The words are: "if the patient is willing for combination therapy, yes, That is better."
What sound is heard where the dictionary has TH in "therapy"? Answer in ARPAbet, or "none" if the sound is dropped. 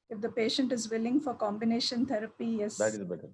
T